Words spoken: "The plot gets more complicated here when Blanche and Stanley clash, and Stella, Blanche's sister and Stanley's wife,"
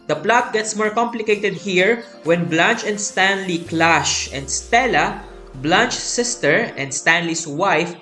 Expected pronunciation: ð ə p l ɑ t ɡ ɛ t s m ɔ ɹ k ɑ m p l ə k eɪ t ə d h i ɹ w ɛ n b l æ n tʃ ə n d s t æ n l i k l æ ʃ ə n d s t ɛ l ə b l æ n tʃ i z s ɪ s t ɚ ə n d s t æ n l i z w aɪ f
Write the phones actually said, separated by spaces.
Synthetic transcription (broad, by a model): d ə p l ɑ t ɡ ɛ t s m ɔ ɹ k ɑ m p l ə k eɪ t ə d h i ɹ w ɛ n b l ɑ n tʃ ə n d s t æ n l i k l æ ʃ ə n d s t ɛ l ə b l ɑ n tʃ s ɪ s t ɚ ə n d s t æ n l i s w aɪ f